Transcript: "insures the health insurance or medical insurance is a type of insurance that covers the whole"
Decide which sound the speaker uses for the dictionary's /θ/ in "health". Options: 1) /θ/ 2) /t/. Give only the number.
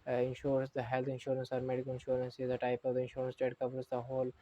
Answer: 2